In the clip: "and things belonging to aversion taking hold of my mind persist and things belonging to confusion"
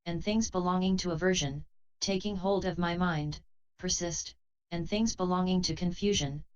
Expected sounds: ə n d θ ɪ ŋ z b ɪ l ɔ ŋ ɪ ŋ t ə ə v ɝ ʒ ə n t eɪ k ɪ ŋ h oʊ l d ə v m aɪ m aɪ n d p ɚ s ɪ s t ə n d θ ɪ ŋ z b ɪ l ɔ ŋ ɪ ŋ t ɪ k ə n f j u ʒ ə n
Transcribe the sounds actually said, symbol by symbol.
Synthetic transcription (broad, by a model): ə n θ ɪ ŋ z b ɪ l ɔ ŋ ɪ ŋ t ə ə v ɝ ʒ ə n t eɪ k ɪ ŋ h oʊ l d ə v m aɪ m aɪ n d p ɚ s ɪ s t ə n θ ɪ ŋ z b ɪ l ɔ ŋ ɪ ŋ t ɪ k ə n f j u ʒ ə n